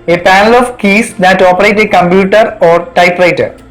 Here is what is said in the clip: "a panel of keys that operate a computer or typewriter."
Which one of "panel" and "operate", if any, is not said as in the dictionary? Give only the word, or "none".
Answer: none